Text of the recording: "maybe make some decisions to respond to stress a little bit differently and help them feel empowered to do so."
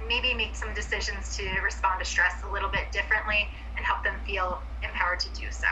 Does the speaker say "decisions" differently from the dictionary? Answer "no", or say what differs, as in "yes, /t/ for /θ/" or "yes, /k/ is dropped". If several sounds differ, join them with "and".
no